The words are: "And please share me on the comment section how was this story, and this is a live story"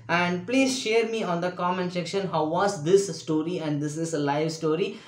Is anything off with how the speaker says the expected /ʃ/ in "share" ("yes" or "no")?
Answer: no